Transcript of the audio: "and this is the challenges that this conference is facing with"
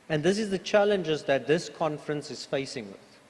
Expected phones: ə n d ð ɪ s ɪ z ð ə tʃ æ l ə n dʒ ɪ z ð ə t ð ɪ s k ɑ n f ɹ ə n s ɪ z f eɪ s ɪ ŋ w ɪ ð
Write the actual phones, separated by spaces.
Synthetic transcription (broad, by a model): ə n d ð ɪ s ɪ z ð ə tʃ æ l ə n dʒ ɪ z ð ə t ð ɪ s k ɑ n f ɹ ə n s ɪ z f eɪ s ɪ ŋ w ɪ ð